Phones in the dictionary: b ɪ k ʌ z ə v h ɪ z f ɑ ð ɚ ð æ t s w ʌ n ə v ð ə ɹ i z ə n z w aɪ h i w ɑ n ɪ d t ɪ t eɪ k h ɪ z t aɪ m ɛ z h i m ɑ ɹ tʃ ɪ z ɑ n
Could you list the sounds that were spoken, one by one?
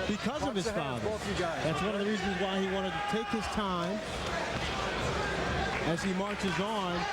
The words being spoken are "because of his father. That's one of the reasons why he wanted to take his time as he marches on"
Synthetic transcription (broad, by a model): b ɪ k ʌ z ə v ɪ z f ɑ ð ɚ ð æ t s w ʌ n ə v ð ə ɹ i z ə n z w aɪ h i w ɑ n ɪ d t ɪ t eɪ k h ɪ z t aɪ m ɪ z i m ɑ ɹ tʃ ɪ z n